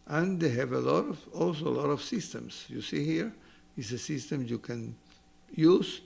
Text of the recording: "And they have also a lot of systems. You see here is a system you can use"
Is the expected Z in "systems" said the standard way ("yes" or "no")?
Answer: no